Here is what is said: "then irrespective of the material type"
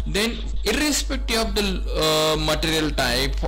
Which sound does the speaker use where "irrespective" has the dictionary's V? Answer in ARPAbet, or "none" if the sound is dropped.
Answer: none